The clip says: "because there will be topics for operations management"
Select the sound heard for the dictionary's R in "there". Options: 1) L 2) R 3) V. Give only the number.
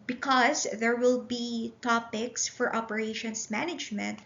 2